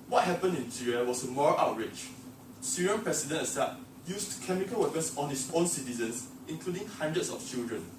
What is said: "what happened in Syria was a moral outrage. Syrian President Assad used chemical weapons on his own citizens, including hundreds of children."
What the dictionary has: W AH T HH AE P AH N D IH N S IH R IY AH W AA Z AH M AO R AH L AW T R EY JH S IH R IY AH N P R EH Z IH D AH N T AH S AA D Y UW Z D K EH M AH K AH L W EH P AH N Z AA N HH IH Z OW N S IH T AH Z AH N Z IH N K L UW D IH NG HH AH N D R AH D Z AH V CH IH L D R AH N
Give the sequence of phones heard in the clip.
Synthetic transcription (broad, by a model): W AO T HH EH P AH N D IH N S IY R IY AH W AA S AH M AO R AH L AW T R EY CH S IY R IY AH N P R EH S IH D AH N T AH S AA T Y UW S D K EH M AH K AH L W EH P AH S AA N HH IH S OW N S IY T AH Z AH N S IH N K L UW D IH NG HH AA N D R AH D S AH F CH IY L D R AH N